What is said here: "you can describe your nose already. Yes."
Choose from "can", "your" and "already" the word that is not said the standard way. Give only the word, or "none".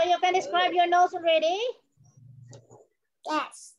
none